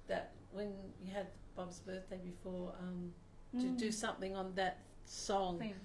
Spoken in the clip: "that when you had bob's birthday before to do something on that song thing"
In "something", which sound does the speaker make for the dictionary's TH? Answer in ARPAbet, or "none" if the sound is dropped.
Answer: TH